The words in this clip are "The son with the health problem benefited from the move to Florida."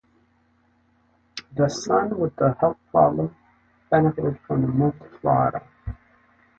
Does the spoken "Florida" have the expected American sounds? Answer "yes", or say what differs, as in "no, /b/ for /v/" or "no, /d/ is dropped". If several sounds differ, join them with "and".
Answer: no, /ɹ/ is dropped